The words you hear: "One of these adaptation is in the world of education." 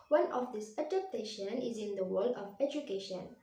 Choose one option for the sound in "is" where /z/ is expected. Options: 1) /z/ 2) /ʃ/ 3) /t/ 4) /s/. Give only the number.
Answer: 1